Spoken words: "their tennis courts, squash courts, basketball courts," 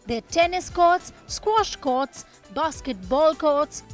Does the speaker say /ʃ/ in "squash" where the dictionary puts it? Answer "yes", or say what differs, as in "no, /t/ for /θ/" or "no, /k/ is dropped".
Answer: yes